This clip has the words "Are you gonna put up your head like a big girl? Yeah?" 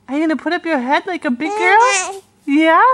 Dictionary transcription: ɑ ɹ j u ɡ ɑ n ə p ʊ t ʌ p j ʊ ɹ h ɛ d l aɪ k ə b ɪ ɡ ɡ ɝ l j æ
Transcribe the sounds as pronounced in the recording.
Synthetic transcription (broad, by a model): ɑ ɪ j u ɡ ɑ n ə p ʊ t ʌ p j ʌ ɹ h ɛ d l aɪ k ə b ɪ ɡ ɡ ɝ l j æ